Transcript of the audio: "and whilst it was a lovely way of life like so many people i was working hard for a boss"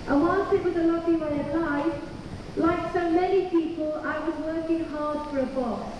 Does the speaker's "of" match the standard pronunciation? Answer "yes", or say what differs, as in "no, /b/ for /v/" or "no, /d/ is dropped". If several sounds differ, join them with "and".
no, /p/ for /v/